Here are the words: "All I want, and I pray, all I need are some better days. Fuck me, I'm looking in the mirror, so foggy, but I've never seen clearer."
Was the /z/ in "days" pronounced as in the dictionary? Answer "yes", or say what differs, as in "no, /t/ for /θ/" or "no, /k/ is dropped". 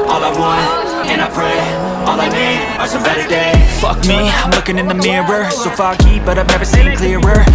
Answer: no, /z/ is dropped